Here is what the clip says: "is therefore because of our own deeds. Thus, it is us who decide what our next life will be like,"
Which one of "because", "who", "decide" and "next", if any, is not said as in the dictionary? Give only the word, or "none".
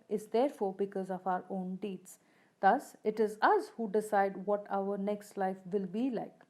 none